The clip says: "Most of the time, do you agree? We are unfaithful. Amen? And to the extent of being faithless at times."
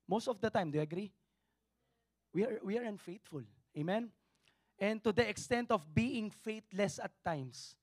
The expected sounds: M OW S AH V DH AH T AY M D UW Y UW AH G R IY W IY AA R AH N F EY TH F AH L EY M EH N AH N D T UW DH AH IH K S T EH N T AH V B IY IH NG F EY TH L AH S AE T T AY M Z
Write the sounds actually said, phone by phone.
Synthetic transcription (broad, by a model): M OW S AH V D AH T AY M D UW Y UW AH G R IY W IY AA R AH N F EY T F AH L EY M EH N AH N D T UW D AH IH K S T EH N T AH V B IY IH NG F EY T L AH S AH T T AY M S